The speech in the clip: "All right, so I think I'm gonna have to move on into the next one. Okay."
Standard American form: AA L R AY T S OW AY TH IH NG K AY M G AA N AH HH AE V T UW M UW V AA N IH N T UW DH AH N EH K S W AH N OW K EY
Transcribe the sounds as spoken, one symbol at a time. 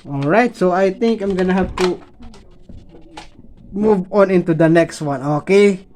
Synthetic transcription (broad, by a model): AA L R AY T S OW AY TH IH NG K AY M G AA N AH HH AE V T UW M UW V AA N IH N T UW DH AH N EH K S W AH N OW K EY